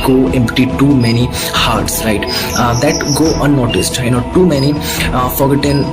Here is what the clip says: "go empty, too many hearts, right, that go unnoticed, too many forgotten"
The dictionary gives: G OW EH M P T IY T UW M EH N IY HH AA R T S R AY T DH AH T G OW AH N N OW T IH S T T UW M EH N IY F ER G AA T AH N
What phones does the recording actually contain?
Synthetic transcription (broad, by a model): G OW EH M P T IY T UW M EH N IY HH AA R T S R AY T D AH T G OW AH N N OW T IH S T T UW M EH N IY F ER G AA T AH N